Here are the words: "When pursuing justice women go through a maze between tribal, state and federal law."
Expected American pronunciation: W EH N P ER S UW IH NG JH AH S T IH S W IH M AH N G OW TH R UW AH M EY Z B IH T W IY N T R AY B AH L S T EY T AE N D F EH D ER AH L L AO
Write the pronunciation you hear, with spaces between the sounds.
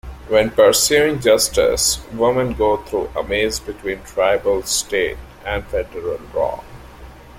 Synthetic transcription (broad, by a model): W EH N P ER S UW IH NG JH AH S T IH S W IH M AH N G OW T R UW AH M EY Z B IH T W IY N T R AY B AH L S T EY T AE N D F EH D ER AH L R AO